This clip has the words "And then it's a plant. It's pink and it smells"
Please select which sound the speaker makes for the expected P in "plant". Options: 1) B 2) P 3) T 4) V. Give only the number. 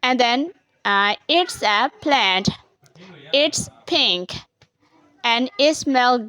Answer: 2